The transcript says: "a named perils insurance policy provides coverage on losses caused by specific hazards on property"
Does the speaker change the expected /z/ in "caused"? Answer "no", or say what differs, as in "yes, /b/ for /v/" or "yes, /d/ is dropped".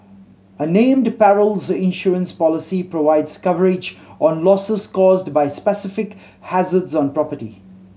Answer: no